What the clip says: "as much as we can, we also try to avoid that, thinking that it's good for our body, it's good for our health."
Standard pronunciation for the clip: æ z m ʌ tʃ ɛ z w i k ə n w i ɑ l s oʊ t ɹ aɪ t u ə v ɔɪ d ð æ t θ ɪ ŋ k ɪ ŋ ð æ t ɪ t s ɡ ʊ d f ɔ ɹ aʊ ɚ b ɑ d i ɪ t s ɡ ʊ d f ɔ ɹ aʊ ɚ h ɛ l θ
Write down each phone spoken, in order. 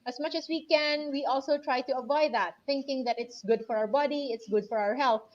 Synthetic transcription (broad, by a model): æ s m ʌ tʃ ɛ s w i k ə n w i ɑ l s oʊ t ɹ aɪ t u ə v ɔɪ d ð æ t θ ɪ ŋ k ɪ ŋ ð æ t ɪ t s ɡ ʊ d f ɔ ɹ aʊ ɚ b ɑ d i ɪ t s ɡ ʊ d f ɔ ɹ aʊ ɚ h ɛ l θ